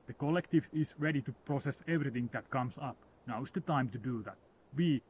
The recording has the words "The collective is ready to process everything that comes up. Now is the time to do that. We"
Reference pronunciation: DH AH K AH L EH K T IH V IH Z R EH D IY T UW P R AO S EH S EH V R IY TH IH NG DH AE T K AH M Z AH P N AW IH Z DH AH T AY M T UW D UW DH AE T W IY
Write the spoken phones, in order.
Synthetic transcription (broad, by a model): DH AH K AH L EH K T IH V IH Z R EH D IY T UW P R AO S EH S EH V R IY TH IH NG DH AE T K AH M S AH P N AW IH S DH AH T AY M T UW D UW DH AE T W IY